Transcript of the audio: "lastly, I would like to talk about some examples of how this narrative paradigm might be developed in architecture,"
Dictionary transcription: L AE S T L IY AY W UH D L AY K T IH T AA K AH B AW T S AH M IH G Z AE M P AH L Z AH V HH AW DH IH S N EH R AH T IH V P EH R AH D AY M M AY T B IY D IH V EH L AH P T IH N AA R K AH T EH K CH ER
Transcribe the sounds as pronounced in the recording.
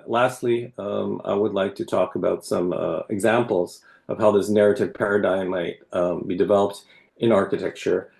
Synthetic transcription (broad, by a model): L AE S T L IY AY W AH D L AY K T IH T AA K AH B AW T S AH M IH G Z AE M P L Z AH V HH AW DH IH S N EH R AH T IH V P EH R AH D AY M M AY T B IY D IH V EH L AH P T IH N AA R K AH T EH K CH ER